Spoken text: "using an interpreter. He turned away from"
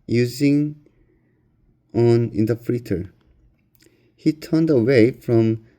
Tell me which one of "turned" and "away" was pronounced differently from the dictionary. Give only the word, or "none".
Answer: none